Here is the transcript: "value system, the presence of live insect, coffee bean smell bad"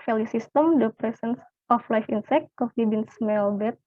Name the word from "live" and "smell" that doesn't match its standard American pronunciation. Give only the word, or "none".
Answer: live